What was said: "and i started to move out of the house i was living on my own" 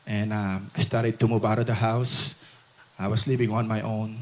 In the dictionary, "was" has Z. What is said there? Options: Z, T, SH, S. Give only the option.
S